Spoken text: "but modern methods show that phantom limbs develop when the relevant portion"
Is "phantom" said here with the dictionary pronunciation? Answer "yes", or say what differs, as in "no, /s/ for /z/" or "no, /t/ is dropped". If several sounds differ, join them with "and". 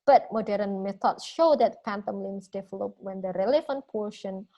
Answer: no, /p/ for /f/